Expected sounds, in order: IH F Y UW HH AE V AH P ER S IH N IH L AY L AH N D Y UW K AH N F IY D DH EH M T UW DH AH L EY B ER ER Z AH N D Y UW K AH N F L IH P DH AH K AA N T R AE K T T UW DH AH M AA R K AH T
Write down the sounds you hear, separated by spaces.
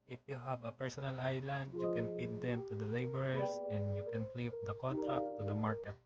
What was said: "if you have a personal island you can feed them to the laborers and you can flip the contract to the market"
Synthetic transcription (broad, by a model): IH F Y UW HH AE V AH P ER S IH N IH L AY L AH N D Y UW K AH N P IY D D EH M T UW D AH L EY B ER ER S AH N D Y UW K AH N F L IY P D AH K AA N T R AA K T T UW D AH M AA R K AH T